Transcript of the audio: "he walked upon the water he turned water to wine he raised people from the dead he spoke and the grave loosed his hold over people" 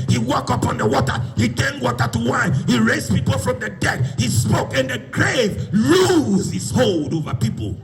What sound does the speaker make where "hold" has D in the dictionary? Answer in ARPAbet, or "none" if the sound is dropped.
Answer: D